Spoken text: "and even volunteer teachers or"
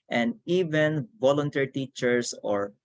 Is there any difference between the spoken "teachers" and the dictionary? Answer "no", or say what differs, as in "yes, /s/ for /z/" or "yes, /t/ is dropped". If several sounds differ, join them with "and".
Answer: yes, /s/ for /z/